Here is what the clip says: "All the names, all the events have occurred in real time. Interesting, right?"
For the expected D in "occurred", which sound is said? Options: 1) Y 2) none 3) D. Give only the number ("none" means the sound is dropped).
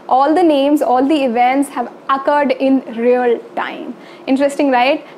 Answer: 3